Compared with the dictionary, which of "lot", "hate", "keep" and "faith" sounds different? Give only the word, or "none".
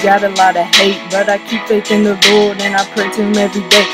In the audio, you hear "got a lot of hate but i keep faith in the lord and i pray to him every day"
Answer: faith